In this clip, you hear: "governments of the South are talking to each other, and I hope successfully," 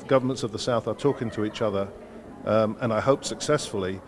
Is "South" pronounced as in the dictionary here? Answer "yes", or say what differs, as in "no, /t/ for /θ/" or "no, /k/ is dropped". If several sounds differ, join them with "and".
yes